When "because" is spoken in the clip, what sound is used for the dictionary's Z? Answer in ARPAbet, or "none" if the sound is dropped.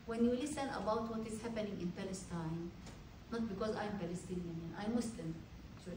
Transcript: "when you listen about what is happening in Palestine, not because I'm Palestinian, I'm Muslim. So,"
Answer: Z